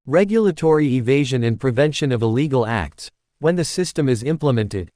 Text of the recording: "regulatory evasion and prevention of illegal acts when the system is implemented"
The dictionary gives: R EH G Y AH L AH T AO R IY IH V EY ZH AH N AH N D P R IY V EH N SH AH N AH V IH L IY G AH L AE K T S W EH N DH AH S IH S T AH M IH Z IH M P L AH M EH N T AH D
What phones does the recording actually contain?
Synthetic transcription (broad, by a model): R EH G Y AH L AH T AO R IY IH V EY ZH AH N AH N P R IY V EH N SH AH N AH V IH L IY G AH L AE K T S W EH N DH AH S IH S T AH M IH Z IH M P L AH M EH N T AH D